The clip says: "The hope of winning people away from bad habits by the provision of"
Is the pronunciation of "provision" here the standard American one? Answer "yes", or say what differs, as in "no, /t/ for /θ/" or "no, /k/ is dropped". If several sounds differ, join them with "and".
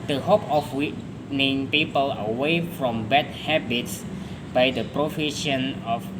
no, /f/ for /v/ and /ʃ/ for /ʒ/